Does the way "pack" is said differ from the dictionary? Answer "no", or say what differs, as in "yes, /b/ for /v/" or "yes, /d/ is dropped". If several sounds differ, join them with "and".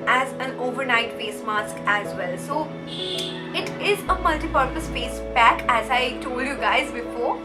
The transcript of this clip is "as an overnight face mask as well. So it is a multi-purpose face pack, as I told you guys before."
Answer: yes, /b/ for /p/